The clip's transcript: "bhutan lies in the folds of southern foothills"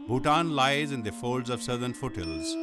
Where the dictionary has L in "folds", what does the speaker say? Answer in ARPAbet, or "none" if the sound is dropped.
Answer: L